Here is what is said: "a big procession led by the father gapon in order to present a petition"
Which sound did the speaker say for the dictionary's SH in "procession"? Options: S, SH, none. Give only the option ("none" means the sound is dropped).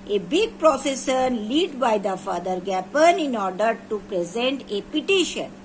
S